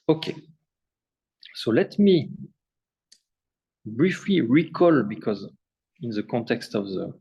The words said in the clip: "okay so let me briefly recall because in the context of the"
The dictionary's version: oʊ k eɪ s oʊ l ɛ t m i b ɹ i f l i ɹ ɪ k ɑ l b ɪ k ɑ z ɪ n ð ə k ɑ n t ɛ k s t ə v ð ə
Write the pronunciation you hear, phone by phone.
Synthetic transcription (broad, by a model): oʊ k eɪ s oʊ l ɛ t m i b ɹ i f l i ɹ ɪ k ɑ l b ɪ k ɑ z ɪ n ð ə k ɑ n t ɛ k s t ə v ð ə